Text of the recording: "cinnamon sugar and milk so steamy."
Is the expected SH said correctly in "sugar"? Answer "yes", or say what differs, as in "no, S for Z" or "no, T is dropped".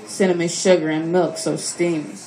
yes